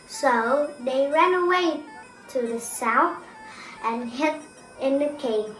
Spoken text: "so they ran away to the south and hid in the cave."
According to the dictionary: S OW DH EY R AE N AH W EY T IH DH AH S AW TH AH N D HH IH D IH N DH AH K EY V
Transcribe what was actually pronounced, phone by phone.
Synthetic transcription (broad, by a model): S OW DH EY R AE N AH W EY T IH DH AH S AW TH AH N HH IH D IH N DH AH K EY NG